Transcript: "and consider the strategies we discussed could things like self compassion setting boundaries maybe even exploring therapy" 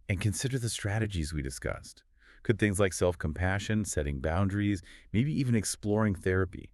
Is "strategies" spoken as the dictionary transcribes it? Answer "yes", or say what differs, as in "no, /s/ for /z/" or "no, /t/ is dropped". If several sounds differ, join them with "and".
yes